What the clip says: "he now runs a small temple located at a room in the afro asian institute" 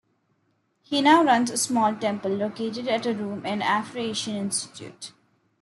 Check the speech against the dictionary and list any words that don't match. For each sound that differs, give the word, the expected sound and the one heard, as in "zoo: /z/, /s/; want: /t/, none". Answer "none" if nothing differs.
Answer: asian: /ʒ/, /ʃ/